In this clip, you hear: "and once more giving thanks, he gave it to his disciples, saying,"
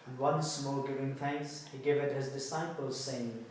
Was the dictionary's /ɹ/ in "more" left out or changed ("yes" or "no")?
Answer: yes